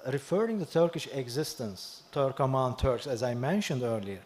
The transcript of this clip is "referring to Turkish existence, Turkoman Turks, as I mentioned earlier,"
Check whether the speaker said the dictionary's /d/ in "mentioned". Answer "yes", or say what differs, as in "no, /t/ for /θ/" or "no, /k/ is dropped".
yes